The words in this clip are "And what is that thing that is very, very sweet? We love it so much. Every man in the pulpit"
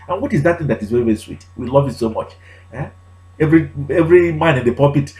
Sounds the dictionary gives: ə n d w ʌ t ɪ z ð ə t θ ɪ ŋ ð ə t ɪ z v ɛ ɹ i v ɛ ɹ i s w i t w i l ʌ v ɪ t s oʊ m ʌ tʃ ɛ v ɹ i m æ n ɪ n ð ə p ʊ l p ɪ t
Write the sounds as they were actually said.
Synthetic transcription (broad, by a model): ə n w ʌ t ɪ z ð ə t θ ɪ ŋ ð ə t ɪ z v ɛ ɹ i v ɛ ɹ i s w i t w i l ʌ v ɪ t s oʊ m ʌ tʃ ɛ v ɹ i m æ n ɪ n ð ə p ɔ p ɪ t